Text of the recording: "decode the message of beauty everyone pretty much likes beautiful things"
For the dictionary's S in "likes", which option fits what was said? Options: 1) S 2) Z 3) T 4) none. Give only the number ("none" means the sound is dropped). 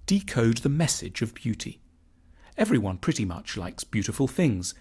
1